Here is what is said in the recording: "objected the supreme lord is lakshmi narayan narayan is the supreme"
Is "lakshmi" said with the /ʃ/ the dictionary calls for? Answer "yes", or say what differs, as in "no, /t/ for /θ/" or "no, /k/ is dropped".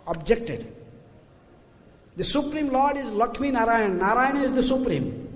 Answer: no, /ʃ/ is dropped